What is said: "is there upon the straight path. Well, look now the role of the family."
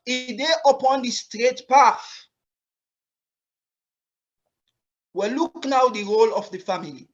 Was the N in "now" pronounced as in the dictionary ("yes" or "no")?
yes